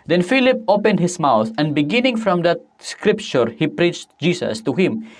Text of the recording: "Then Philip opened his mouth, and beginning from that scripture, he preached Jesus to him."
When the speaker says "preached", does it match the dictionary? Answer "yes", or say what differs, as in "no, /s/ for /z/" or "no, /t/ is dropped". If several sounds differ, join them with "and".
yes